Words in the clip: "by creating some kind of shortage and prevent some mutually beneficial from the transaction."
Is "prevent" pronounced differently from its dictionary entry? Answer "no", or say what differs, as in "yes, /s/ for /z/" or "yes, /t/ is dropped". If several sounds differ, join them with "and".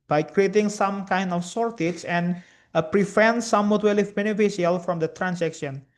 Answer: yes, /f/ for /v/